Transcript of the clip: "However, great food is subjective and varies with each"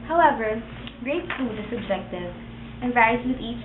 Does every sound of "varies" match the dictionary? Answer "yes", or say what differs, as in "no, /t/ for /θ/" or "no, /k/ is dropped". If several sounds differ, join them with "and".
no, /ɹ/ is dropped